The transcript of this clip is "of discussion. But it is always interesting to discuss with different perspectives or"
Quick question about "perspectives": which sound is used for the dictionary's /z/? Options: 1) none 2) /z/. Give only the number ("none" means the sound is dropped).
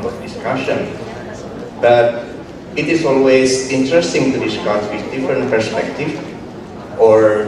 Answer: 1